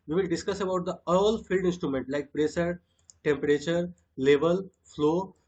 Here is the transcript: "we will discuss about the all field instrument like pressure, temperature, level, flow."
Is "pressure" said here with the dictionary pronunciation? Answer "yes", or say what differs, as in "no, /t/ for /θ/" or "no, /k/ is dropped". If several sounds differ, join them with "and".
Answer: no, /s/ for /ʃ/